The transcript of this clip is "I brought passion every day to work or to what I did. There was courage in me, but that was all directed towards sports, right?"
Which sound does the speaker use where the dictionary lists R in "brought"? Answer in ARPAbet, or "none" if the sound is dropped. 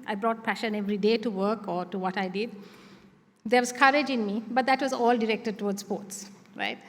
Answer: R